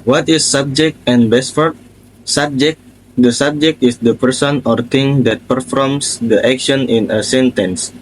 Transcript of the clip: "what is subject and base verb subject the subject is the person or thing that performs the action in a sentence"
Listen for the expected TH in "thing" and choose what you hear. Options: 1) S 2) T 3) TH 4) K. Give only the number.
2